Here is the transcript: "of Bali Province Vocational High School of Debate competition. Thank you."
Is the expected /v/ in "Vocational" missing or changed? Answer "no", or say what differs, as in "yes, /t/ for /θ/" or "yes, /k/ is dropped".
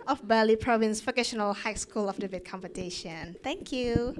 yes, /f/ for /v/